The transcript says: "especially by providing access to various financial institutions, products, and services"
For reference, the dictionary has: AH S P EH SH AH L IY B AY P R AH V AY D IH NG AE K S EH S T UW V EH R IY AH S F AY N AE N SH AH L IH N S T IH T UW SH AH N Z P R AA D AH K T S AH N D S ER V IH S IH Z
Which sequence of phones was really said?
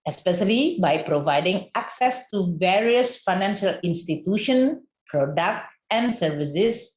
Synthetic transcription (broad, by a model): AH S P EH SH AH L IY B AY P R AH V AY D IH NG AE K S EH S T UW V EH R IY AH S F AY N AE N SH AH L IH N S T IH T UW SH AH N P R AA D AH K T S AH N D S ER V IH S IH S